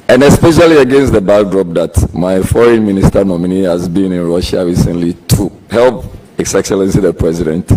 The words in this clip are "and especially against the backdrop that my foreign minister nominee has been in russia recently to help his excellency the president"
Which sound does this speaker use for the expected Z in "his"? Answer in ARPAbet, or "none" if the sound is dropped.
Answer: S